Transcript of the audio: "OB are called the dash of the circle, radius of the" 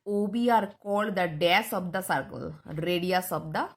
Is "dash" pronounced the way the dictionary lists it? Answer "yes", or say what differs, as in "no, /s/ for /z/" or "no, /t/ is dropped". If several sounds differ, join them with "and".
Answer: no, /s/ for /ʃ/